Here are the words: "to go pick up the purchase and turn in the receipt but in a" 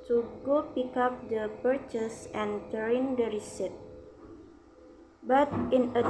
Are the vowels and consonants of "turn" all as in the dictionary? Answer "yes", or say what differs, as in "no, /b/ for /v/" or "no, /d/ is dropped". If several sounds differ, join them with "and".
no, /n/ is dropped